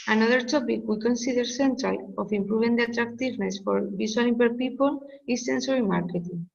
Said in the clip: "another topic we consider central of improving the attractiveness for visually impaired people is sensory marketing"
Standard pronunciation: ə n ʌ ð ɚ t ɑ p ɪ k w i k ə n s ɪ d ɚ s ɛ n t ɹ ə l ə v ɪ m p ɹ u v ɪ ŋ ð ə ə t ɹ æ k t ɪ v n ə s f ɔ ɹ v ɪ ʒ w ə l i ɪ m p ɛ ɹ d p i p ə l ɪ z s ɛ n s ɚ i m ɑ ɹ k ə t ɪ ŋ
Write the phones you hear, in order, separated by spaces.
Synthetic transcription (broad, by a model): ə n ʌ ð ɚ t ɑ p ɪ k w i k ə n s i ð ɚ s ɛ n t ɹ ə l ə f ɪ m p ɹ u b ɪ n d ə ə t ɹ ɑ k t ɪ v n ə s f ɔ ɹ b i s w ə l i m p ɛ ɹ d p i p ə l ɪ s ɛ n s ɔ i m ɑ ɹ k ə t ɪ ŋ